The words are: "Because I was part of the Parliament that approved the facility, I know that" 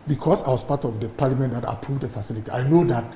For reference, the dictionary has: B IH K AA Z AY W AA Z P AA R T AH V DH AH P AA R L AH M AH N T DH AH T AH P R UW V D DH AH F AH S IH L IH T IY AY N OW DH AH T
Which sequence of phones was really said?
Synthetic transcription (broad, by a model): B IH K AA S AY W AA S P AA T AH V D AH P AA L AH M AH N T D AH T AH P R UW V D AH F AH S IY L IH T IY AY N OW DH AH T